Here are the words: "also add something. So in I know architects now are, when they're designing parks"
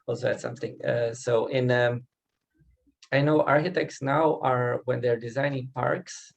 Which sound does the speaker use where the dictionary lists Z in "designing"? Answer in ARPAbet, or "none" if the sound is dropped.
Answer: Z